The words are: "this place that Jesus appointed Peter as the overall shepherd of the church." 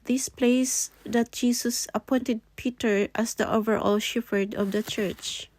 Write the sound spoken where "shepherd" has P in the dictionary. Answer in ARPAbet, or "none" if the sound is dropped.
F